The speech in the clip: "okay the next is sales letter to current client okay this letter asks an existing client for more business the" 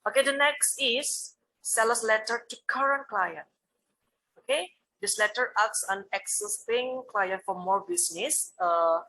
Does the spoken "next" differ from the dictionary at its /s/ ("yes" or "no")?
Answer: no